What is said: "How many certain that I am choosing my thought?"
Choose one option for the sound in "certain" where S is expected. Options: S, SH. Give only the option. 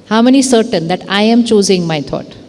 S